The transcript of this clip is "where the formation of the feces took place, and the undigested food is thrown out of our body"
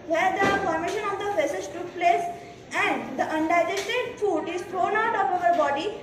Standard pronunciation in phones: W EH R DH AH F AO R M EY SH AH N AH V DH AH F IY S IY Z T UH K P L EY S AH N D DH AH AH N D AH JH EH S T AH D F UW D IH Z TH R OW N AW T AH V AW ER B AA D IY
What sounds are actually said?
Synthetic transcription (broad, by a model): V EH R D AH P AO R M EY SH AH N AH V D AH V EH S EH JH T UH K P L EY S AH N D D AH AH N D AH JH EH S T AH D F UW D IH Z T R OW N AW T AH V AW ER B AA D IY